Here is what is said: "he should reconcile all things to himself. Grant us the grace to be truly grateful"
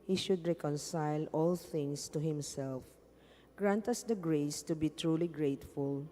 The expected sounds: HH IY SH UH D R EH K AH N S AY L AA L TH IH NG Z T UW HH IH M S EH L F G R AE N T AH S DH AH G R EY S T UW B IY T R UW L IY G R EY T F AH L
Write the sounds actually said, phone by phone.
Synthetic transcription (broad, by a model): HH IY SH UH D R EH K AH N S AY L AA L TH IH NG S T UW HH IH M S EH L F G R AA N T AH S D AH G R EY S T UW B IY T R UW L IY G R EY T F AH L